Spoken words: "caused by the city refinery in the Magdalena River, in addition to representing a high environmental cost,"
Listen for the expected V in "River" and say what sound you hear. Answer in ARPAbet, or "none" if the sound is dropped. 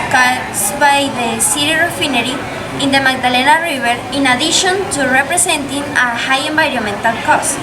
B